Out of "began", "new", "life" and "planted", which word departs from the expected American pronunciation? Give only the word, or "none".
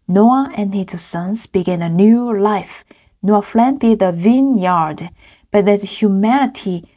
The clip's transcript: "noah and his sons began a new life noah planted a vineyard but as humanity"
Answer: planted